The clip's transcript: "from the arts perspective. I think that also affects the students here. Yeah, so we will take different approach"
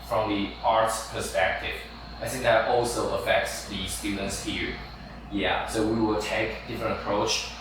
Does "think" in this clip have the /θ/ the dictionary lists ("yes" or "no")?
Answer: yes